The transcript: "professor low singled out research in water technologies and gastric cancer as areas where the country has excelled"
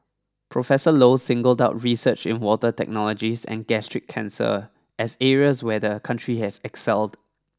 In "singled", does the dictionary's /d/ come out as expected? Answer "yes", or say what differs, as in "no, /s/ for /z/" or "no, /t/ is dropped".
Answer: yes